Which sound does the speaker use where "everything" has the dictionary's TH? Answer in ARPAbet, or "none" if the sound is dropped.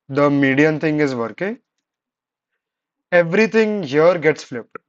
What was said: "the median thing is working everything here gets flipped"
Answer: T